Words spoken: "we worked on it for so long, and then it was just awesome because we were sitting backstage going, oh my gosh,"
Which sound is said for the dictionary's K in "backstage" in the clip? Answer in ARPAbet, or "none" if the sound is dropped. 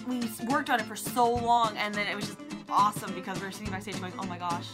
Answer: none